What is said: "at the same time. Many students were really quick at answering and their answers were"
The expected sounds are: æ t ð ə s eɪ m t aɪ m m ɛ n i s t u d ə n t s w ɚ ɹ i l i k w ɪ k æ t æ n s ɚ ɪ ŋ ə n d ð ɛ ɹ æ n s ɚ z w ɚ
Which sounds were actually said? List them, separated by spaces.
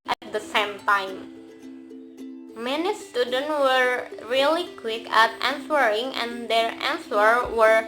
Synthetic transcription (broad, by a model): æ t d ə s eɪ m t aɪ m m ɛ n i s t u d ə n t w ɚ ɹ i l i k w ɪ k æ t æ n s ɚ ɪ ŋ ə n d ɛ ɹ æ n s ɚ w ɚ